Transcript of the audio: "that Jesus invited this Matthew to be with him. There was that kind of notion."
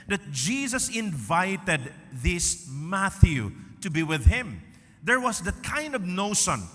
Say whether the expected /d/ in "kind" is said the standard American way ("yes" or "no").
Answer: yes